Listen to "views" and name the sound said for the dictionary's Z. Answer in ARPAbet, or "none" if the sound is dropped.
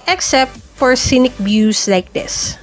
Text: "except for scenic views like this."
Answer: S